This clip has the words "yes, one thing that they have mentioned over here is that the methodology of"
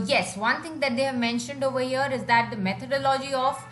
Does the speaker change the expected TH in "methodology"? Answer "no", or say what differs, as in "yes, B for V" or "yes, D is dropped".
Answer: yes, T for TH